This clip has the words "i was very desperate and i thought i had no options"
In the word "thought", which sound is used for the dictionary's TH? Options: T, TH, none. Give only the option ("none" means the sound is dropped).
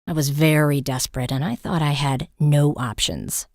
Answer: TH